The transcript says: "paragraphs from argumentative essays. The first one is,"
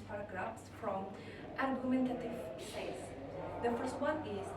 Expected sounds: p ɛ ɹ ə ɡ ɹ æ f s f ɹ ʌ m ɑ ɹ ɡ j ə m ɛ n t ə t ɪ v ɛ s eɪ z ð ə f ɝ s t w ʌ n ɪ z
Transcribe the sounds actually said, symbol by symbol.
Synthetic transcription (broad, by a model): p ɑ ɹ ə ɡ ɹ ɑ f s f ɹ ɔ m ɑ ɹ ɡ j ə m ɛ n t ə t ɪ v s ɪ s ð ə f ɝ s t w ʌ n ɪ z